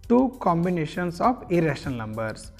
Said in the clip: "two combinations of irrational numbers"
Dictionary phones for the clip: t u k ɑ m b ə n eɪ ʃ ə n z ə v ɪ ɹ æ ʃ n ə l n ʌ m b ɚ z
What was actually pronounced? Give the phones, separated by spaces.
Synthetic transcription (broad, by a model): t u k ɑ m b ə n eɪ ʃ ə n s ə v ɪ ɹ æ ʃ ə n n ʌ m b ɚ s